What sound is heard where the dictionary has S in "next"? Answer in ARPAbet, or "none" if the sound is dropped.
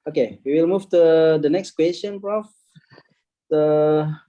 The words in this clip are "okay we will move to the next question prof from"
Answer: S